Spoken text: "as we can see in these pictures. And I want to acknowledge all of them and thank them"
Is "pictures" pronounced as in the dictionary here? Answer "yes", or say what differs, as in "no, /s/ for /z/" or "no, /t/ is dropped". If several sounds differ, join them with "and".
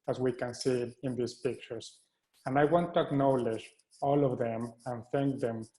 no, /s/ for /z/